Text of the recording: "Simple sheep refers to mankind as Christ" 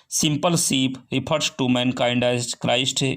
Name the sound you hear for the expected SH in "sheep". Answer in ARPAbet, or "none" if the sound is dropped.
S